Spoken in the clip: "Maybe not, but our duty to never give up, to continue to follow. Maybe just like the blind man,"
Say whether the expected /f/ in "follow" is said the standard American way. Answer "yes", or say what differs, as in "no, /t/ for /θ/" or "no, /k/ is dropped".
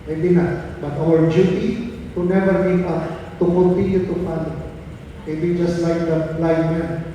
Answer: no, /p/ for /f/